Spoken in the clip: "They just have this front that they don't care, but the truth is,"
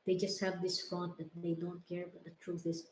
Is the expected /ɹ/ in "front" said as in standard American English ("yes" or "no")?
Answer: no